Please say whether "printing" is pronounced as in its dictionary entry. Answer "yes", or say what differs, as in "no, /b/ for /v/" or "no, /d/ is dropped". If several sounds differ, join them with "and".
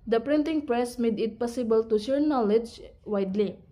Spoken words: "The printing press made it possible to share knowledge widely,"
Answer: yes